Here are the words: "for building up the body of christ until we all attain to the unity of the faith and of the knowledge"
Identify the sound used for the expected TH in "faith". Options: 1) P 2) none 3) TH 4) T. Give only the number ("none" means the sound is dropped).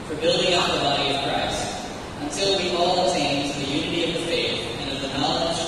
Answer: 3